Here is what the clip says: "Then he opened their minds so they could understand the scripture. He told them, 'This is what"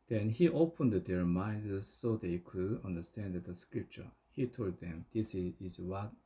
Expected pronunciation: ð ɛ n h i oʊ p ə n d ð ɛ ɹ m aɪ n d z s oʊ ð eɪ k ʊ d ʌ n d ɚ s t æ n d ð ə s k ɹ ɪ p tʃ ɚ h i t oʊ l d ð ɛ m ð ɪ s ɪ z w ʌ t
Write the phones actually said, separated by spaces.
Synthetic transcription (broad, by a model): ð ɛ n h i oʊ p ə n d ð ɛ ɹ m aɪ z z s oʊ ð eɪ k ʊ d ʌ n d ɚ s t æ n d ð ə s k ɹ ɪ p tʃ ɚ h i t oʊ l d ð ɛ m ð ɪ s ɪ z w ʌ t